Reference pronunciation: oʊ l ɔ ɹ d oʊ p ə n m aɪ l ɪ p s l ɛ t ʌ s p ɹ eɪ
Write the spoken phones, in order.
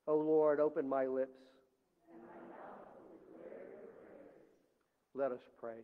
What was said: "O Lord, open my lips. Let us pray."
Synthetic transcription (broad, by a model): oʊ l ɔ ɹ d oʊ p ə n m aɪ l ɪ p s l ɛ t ʌ s p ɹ eɪ